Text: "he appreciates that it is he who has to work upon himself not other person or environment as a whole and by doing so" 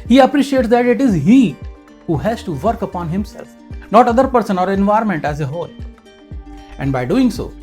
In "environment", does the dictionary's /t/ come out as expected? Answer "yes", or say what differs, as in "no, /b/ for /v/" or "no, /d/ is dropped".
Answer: yes